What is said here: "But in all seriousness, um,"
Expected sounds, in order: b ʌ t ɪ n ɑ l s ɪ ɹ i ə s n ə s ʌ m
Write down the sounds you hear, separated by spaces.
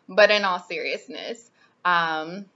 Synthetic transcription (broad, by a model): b ʌ t ɪ n ɑ l s ɪ ɹ i ə s n ə s ʌ m